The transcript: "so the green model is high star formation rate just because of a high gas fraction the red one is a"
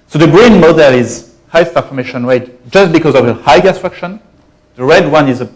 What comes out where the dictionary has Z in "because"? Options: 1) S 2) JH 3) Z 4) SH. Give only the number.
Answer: 3